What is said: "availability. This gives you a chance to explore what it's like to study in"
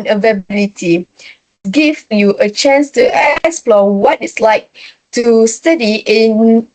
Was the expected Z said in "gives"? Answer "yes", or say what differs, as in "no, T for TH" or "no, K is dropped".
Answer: no, Z is dropped